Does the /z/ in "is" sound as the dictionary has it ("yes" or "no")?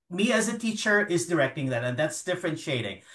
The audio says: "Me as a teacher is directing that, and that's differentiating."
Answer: yes